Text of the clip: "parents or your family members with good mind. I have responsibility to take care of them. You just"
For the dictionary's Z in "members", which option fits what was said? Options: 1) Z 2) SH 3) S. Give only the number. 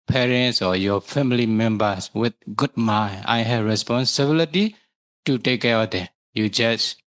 3